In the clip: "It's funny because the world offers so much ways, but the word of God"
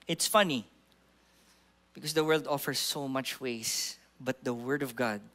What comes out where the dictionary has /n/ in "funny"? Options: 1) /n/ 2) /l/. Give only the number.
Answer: 1